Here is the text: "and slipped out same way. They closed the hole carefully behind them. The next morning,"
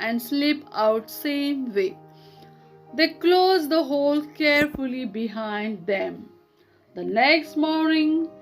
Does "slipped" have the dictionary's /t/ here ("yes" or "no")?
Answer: no